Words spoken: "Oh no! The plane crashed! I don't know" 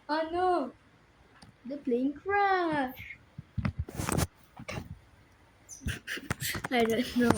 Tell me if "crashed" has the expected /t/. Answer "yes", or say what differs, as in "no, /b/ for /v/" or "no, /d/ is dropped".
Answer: no, /t/ is dropped